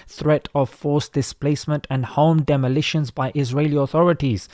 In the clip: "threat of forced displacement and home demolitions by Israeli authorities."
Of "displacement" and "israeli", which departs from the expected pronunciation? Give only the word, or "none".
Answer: none